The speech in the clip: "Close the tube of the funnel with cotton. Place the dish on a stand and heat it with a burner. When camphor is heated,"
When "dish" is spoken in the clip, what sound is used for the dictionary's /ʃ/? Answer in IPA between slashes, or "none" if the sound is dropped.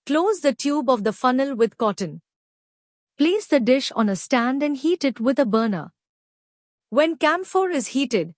/ʃ/